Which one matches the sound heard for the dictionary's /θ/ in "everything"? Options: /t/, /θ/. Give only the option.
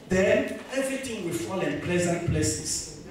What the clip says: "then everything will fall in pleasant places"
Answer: /t/